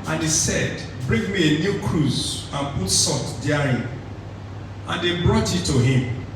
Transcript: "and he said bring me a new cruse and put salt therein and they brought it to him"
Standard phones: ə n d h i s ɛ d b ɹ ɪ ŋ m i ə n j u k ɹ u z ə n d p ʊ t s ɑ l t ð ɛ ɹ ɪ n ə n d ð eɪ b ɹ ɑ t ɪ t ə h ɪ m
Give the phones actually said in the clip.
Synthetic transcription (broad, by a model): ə n h i s ɛ d b ɹ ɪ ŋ m i ə n j u k ɹ u z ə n p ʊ t s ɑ t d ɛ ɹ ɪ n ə n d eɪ b ɹ ɑ t ɪ t ə h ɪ m